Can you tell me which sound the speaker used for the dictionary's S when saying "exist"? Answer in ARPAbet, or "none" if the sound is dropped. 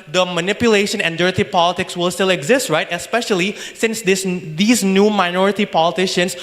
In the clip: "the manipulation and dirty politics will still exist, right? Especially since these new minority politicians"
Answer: S